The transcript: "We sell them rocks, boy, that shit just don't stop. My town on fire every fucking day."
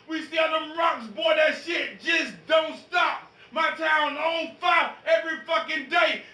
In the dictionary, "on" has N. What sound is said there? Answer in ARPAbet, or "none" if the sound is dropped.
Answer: L